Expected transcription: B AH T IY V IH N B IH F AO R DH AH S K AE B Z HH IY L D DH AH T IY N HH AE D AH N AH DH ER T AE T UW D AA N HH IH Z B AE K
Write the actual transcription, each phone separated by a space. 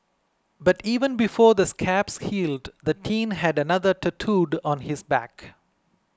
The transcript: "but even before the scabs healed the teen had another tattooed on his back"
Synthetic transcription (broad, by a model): B AH T IY V IH N B IH F AO R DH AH S K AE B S HH IY L D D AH T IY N HH AE D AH N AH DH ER T AE T UW D AA N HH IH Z B AE K